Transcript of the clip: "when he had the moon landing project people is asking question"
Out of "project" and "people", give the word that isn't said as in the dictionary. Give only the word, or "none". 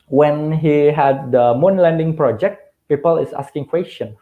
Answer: none